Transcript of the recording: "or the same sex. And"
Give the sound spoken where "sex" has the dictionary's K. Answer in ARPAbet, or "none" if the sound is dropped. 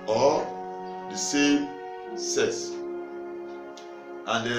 none